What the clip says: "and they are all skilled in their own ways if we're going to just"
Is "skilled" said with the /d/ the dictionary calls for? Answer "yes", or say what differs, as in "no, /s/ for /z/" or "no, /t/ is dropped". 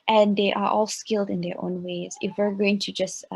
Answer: yes